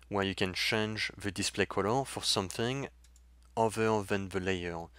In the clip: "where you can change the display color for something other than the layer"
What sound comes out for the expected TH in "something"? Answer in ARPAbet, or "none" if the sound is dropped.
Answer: TH